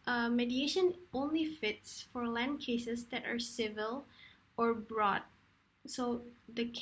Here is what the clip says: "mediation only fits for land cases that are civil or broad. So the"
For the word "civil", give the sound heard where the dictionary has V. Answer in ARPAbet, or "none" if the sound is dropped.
V